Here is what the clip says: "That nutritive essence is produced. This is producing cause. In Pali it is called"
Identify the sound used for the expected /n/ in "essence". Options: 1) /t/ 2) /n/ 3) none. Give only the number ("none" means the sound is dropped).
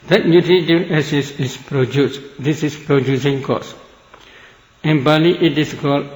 3